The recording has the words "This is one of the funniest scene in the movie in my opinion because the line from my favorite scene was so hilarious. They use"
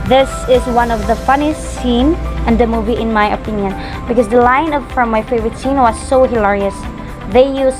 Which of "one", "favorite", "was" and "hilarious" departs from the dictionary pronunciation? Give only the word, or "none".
none